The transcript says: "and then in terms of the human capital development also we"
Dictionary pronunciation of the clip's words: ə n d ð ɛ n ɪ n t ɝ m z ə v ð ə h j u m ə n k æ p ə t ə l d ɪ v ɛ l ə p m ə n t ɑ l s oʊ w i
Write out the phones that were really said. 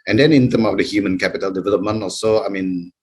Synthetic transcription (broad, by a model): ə n d ɛ n ɪ n t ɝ m ə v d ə h j u m ə n k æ p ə t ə l d ɪ v ɛ l ə p m ə n t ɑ l s oʊ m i